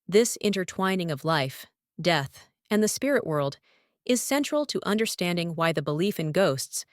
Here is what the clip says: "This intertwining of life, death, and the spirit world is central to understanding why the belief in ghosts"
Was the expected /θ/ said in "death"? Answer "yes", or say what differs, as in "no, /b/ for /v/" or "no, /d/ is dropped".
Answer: yes